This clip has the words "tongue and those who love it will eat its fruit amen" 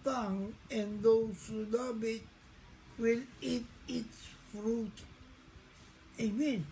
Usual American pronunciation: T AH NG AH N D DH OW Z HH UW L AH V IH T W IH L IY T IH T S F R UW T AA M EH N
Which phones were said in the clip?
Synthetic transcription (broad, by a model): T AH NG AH N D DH OW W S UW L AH B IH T W IH L IY T IH T S F R UW T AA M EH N